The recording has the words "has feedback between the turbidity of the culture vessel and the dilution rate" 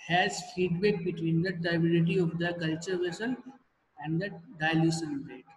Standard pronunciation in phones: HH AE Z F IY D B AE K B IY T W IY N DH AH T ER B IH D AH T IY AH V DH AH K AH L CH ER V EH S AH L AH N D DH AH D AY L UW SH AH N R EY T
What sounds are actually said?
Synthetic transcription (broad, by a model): HH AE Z F IY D B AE K B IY T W IY N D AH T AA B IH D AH T IY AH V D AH K AH L CH ER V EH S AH N AH N D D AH D AY L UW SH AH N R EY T